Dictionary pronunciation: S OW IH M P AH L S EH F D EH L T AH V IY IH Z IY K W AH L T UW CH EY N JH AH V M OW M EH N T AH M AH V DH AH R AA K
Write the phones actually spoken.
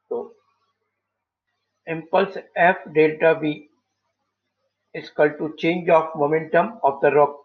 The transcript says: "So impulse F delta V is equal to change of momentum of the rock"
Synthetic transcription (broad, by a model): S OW IH M P AH L S EH F D EH L T AH B IY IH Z K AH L T UW CH EY N JH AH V M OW M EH N T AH M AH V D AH R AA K